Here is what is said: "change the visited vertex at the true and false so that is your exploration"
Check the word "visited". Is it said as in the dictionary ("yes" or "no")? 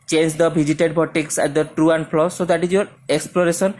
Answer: no